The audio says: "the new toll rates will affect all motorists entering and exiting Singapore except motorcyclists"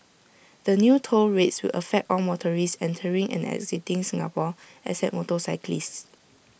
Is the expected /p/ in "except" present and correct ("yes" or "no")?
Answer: no